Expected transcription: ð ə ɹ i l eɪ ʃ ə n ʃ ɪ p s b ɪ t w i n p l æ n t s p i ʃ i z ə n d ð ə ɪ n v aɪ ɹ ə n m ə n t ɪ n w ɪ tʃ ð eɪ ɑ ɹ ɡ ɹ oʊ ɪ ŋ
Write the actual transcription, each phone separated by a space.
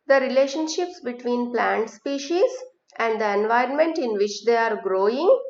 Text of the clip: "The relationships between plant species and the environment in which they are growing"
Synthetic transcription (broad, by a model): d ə ɹ i l eɪ ʃ ə n ʃ ɪ p s b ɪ t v i n p l æ n t s p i ʃ i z ə n d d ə ɪ n v aɪ ɹ ə n m ə n t ɪ n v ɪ tʃ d eɪ ɑ ɹ ɡ ɹ oʊ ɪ ŋ